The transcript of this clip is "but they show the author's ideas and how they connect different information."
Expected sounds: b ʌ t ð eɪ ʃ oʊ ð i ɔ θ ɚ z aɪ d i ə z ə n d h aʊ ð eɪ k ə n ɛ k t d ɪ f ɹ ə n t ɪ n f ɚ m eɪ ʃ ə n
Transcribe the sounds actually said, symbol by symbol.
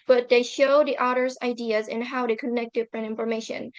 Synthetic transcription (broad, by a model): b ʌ t ð eɪ ʃ oʊ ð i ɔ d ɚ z aɪ d i ə z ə n h aʊ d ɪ k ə n ɛ k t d ɪ f ɹ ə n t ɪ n f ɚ m eɪ ʃ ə n